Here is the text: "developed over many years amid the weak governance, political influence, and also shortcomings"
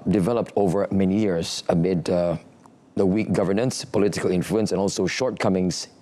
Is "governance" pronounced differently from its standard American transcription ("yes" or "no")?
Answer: no